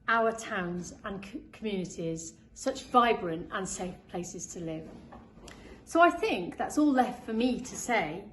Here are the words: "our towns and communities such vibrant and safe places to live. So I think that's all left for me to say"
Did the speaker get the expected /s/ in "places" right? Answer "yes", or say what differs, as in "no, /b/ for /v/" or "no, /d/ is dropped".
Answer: yes